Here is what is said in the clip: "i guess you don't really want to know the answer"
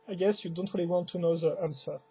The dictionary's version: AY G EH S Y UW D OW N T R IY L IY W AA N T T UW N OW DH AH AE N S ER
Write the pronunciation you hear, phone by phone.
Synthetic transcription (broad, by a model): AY G EH S Y UW D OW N T R IY L IY W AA N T T UW N OW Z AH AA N S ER